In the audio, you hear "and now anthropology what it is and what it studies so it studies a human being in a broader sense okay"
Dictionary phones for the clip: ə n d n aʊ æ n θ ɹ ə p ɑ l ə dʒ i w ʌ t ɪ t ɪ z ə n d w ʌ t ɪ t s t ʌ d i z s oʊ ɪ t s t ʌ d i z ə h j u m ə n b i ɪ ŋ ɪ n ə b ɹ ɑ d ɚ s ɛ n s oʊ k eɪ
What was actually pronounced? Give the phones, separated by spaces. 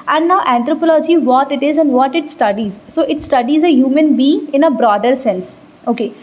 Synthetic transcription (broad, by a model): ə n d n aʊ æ n t ɹ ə p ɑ l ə dʒ i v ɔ t ɪ t ɪ z ə n d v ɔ t ɪ t s t ʌ d i z s oʊ ɪ t s t ʌ d i z ə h j u m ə n b i ɪ ŋ ɪ n ə b ɹ ɑ d ɚ s ɛ n s oʊ k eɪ